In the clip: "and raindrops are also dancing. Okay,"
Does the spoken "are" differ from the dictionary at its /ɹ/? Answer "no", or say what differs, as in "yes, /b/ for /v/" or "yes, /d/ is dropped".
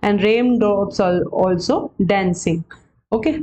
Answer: yes, /l/ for /ɹ/